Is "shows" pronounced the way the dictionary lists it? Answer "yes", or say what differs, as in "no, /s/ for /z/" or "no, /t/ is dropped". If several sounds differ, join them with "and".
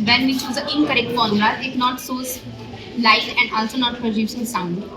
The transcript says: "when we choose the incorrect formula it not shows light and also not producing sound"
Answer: no, /s/ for /ʃ/